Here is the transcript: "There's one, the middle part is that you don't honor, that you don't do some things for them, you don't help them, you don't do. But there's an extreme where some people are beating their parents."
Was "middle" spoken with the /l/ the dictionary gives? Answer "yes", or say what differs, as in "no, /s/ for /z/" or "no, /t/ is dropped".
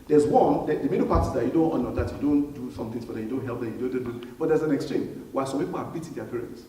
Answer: no, /n/ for /l/